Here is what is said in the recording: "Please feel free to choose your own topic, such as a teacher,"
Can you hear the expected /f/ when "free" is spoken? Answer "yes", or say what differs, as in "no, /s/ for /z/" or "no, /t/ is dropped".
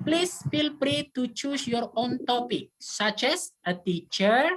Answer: no, /p/ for /f/